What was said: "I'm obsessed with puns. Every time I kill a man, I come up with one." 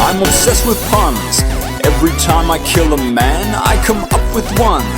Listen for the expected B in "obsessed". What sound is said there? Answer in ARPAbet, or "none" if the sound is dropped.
none